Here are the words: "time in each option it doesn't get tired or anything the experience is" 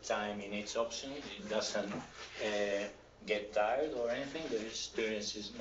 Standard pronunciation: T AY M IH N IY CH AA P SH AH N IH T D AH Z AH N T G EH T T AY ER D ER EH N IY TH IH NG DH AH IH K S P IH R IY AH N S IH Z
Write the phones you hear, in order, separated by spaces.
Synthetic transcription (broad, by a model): T AY M IH N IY S AA P SH AH N IH T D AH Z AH N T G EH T T AY ER D ER EH N IY TH IH NG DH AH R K S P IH R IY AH N S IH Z